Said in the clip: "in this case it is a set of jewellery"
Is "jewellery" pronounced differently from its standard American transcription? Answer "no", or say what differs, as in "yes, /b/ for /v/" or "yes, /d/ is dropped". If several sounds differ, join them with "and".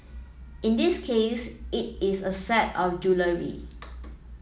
no